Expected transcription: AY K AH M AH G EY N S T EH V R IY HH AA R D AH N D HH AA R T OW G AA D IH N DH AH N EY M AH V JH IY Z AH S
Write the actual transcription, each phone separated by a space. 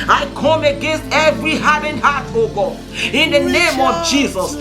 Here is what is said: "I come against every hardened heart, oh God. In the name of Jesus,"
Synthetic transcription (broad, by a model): AY K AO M AH G EY N S T EH V R IY HH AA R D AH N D HH AA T OW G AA IH N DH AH N EY M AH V JH IY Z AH S